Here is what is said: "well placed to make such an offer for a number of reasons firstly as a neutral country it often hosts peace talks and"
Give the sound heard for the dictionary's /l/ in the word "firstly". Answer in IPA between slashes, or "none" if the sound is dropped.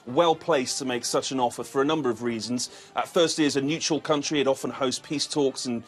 none